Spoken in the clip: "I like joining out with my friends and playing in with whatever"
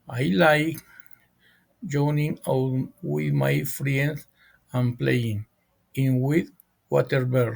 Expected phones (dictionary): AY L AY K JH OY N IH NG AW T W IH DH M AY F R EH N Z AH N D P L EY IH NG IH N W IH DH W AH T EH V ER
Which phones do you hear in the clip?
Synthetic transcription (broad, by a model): AY L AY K JH OY N IH NG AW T W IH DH M AY F R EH N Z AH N P L EY IH NG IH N W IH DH W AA T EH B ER